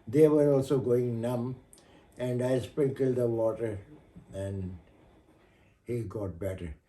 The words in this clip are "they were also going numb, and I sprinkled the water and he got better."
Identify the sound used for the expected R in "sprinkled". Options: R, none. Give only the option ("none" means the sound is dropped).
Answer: none